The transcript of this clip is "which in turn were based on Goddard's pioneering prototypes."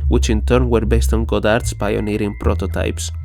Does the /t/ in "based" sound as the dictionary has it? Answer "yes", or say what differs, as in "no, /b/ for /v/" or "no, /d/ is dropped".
yes